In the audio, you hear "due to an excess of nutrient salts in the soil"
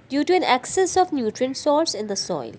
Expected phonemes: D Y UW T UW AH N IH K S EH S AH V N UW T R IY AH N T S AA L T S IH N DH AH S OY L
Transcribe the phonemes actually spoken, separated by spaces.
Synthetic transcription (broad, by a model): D Y UW T UW AH N IH K S EH S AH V N UW T R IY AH N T S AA T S IH N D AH S OY L